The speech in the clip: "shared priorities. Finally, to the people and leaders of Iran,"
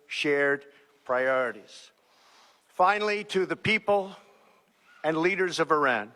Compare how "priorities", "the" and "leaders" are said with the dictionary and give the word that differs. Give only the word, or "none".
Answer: none